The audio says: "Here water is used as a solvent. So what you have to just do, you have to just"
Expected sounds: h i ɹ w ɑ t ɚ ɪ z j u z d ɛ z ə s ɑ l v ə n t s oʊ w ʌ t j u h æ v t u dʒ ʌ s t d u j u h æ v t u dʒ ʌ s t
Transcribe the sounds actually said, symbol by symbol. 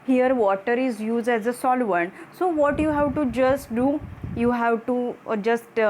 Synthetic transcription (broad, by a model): h i ɹ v ɑ t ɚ ɪ z j u z d ɛ z ə s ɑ l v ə n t s oʊ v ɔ t j u h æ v t u dʒ ʌ s t d u j u h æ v t u dʒ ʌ s t